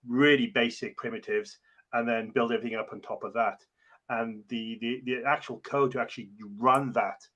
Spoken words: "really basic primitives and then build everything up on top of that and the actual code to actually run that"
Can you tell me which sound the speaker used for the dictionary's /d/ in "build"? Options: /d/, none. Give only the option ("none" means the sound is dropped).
/d/